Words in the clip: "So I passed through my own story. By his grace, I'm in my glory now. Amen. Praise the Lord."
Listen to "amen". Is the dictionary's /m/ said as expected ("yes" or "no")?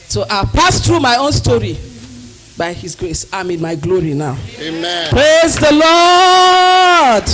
no